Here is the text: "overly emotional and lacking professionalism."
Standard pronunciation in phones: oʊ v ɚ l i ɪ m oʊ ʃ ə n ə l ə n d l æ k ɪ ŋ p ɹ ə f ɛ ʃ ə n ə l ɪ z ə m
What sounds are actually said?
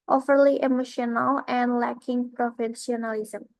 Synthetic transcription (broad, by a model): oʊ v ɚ l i ɪ m oʊ ʃ ə n ə l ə n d l æ k ɪ ŋ p ɹ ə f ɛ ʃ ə n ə l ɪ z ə m